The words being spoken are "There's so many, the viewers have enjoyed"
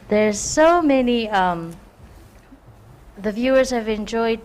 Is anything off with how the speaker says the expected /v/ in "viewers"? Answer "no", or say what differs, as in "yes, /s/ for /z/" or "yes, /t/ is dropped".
no